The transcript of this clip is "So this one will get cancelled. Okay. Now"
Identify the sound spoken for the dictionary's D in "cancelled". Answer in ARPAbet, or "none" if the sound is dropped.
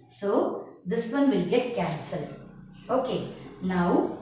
none